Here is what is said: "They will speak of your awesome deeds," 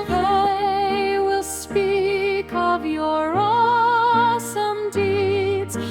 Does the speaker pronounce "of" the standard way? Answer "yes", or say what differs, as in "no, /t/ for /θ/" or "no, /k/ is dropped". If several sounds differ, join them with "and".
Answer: yes